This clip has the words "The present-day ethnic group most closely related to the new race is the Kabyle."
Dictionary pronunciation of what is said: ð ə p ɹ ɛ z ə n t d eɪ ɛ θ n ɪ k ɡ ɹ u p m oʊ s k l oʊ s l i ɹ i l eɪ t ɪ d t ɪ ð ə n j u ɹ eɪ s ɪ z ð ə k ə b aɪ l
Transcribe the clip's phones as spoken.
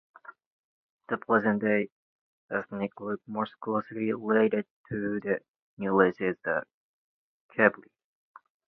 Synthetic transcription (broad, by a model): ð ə p l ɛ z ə n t d eɪ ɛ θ n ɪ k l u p m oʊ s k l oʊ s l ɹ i l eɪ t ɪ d t ɪ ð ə n j u l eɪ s ɪ z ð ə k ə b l